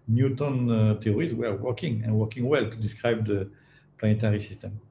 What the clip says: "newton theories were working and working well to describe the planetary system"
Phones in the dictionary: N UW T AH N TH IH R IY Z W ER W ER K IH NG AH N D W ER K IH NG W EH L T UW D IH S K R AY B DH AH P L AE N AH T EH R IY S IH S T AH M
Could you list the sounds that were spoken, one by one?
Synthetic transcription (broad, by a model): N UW T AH N T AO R IY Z W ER W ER K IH NG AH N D W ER K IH NG W EH L T UW D IH S K R AY B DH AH P L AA N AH T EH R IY S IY S T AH M